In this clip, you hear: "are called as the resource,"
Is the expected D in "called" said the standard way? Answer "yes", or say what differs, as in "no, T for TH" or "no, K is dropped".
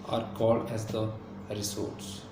yes